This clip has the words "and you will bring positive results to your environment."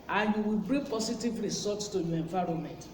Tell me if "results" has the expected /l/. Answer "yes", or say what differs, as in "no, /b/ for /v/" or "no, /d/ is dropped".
no, /l/ is dropped